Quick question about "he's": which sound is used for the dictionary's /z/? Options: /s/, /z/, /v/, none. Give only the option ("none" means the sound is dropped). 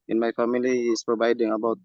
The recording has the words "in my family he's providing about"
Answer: /s/